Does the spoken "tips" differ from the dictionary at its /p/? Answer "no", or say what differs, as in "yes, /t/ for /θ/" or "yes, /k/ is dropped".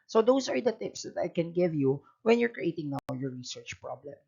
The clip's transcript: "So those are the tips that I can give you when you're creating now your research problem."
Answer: no